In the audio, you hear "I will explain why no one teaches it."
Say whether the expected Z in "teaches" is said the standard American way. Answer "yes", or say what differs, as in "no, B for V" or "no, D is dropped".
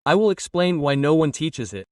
yes